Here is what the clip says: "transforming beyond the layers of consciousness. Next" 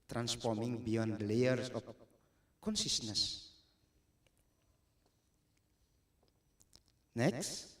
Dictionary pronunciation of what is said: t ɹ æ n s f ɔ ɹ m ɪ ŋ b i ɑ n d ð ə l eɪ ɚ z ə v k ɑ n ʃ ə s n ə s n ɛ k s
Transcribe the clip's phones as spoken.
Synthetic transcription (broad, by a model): t ɹ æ n s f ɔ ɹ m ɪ ŋ b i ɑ n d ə l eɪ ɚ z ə p k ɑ n s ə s n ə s n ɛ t